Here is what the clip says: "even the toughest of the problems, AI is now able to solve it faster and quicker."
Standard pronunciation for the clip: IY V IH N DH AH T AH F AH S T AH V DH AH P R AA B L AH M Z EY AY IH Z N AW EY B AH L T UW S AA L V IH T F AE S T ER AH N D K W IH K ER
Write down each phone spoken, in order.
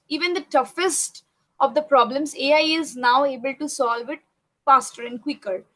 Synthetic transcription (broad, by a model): IY V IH N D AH T AH F AH S T AH V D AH P R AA B L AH M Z EY AY IH Z N AW EY B AH L T UW S AA L V IH T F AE S T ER AH N D K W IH K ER